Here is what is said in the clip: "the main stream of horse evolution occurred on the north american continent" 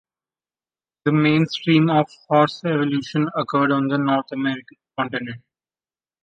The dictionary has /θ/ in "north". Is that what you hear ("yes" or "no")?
no